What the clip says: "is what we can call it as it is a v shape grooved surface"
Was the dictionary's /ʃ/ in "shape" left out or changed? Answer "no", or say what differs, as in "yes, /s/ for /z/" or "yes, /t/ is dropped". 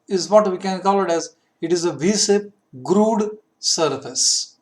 yes, /s/ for /ʃ/